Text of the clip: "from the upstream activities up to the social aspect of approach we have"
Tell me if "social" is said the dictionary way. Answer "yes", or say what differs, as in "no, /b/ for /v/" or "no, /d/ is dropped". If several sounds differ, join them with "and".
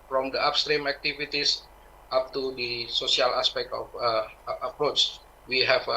no, /s/ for /ʃ/